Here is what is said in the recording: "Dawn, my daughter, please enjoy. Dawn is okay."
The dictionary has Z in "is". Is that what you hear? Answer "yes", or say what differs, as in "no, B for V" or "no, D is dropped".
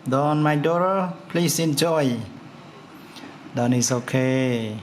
no, S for Z